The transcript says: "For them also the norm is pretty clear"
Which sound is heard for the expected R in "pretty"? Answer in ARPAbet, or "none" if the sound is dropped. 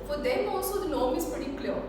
none